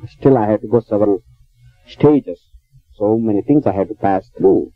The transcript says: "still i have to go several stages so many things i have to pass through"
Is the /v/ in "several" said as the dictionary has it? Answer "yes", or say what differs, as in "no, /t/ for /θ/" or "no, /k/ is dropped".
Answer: yes